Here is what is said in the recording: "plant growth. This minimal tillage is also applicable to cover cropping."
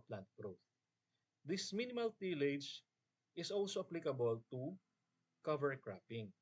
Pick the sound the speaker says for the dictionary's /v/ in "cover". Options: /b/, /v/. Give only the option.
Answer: /v/